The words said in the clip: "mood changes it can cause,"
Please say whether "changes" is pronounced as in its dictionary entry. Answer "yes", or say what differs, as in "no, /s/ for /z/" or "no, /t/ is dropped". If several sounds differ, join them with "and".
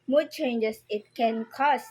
no, /s/ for /z/